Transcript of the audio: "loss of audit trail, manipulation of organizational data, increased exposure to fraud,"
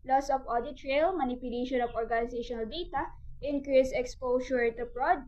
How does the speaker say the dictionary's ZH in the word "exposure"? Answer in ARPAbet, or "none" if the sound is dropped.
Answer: S